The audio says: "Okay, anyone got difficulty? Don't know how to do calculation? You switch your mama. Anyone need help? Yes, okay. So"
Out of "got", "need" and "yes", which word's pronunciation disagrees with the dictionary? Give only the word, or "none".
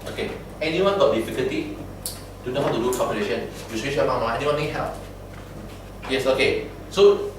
none